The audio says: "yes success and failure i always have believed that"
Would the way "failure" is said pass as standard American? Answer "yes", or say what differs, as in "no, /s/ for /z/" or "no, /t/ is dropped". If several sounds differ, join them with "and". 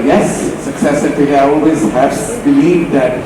no, /l/ is dropped